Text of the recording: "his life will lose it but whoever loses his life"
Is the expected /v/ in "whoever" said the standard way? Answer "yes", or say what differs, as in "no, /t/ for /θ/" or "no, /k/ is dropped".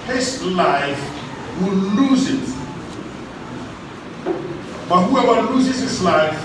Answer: no, /w/ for /v/